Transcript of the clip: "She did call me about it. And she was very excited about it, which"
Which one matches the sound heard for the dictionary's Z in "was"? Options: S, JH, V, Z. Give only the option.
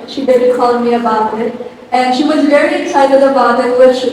Z